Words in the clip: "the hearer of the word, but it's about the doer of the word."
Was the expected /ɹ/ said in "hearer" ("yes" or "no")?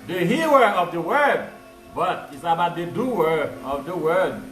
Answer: no